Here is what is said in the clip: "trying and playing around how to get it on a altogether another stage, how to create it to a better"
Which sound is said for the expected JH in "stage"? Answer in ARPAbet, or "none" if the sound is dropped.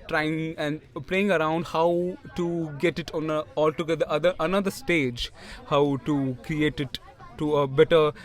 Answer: JH